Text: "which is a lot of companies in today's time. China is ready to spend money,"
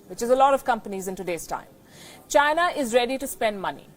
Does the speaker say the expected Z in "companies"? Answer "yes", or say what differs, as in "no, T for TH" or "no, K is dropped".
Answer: yes